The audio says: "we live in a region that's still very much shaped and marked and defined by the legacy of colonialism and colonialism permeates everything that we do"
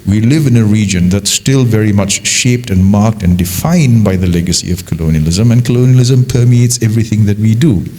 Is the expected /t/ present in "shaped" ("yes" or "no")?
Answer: yes